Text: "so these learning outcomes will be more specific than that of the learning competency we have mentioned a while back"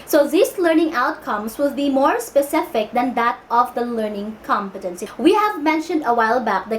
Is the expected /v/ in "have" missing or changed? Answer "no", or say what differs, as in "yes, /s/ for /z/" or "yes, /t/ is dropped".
no